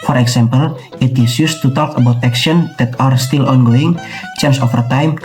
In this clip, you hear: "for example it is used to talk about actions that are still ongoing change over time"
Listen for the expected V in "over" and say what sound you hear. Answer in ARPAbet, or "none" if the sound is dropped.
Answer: F